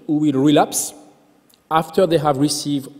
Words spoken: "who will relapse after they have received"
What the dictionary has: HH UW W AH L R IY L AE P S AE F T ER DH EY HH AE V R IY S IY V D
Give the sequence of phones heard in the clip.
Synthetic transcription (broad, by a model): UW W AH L R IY L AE P S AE F T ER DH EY HH AE V R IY S IY V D